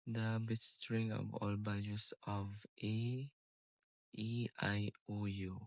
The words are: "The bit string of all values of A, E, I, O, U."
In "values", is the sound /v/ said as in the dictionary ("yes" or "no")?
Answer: no